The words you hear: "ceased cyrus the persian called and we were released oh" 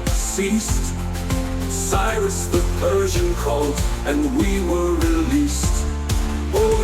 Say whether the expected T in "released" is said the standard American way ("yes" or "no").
yes